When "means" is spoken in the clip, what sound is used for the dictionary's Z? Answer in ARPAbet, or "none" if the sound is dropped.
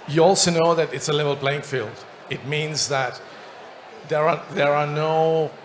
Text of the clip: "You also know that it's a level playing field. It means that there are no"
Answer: Z